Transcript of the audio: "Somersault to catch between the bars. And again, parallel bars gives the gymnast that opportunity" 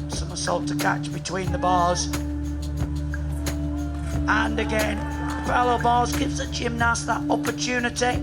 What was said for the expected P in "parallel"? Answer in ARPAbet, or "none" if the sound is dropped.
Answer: F